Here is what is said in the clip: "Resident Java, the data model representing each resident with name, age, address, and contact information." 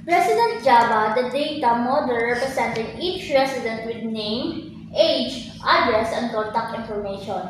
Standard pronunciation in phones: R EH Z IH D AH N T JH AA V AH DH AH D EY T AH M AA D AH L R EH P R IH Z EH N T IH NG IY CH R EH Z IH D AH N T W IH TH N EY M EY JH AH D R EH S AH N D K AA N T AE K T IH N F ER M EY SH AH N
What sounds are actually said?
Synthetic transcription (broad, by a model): R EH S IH D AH N T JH AA B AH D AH D EY T AH M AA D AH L R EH P R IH S EH N T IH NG IY CH R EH S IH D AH N T W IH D N EY M EY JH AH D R S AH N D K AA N T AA K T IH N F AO M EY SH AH N